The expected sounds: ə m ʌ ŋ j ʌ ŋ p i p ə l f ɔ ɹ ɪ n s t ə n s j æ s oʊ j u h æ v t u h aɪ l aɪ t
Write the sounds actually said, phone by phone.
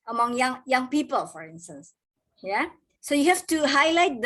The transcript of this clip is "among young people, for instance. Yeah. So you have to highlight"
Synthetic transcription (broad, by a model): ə m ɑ ŋ j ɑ ŋ p i p ə l f ɔ ɹ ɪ n s t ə n s j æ s oʊ j u h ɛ f t u h aɪ l aɪ t